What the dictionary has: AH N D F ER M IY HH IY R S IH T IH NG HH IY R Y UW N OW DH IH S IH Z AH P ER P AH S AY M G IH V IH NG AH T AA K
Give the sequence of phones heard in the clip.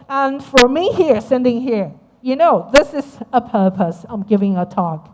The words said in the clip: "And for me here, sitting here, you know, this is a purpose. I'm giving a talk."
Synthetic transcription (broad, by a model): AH N F ER M IY HH IY R S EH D IH NG HH IY R Y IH N OW DH IH S IH Z AH P ER P AH S AY M G IH V IH NG AH T AA K